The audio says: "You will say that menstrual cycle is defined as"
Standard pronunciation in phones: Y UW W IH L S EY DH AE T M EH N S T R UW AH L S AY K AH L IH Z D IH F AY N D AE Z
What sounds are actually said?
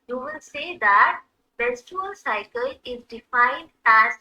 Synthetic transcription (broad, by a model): Y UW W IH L S EY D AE T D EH S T UW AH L S AY K AH L IH Z D IH F AY N D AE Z